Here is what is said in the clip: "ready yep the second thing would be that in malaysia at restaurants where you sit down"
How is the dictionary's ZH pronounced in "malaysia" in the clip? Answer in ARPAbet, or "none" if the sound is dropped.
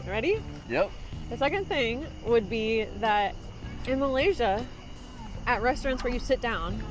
ZH